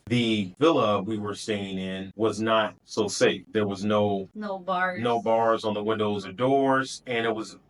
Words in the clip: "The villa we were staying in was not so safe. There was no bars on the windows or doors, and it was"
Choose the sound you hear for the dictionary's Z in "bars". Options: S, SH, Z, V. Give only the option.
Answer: Z